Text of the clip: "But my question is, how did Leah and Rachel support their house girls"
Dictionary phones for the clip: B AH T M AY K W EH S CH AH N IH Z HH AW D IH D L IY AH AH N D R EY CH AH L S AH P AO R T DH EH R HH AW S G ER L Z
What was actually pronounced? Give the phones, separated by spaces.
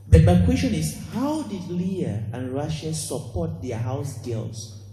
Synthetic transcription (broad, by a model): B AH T M AY K W EH S CH AH N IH S HH AW D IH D L IY AH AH N R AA SH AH S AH P AO T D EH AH HH AW S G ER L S